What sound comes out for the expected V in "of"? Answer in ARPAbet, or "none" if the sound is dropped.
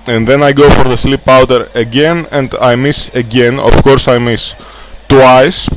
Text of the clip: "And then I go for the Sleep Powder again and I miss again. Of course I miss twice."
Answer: F